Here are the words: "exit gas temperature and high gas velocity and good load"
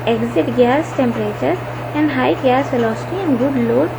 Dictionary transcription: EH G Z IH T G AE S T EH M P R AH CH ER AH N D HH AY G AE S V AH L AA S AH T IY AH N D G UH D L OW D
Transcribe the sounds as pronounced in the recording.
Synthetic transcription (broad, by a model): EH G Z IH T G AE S T EH M P R AH CH ER AH N D HH AY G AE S F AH L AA S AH T IY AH N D G UH D L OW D